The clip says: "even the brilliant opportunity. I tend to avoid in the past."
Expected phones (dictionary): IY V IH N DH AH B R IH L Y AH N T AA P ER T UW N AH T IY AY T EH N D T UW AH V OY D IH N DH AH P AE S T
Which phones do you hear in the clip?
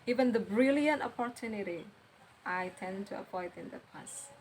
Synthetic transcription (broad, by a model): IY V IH N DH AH B R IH L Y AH N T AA P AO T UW N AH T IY AY T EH N T UW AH P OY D IH N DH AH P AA S